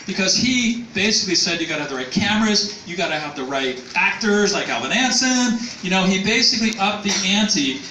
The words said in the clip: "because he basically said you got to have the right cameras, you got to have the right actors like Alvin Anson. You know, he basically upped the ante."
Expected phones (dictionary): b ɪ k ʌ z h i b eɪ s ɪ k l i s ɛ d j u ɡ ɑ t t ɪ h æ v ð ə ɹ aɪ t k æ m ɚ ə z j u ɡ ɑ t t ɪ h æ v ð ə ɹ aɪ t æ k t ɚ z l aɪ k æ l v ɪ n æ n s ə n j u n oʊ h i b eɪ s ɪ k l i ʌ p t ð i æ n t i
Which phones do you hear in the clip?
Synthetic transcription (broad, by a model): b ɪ k ʌ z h i b eɪ s ɪ k l i s ɛ d j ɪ ɡ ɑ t t ɪ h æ v ð ə ɹ aɪ t k æ m ɚ ə z j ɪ ɡ ɑ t t ɪ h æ v ð ə ɹ aɪ t æ k t ɚ z l aɪ k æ l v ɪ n æ n s ə n j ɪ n oʊ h i b eɪ s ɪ k l i ʌ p ð i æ n t i